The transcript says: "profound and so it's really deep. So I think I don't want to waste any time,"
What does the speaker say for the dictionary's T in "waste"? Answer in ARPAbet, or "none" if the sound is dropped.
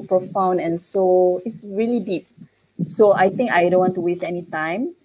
T